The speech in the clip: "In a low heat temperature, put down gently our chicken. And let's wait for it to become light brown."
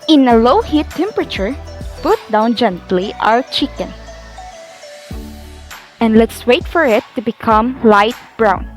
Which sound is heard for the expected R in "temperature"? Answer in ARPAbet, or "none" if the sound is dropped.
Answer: R